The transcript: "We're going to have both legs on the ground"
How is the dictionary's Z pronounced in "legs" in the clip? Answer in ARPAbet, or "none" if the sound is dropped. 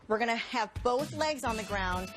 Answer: Z